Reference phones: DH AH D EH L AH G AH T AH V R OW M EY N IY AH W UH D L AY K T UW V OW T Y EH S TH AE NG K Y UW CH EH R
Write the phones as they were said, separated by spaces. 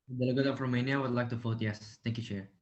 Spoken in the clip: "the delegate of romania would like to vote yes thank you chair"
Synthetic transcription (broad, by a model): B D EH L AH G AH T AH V R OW M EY N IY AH W UH D L AY K T UW F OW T Y EH S T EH NG K Y UW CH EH R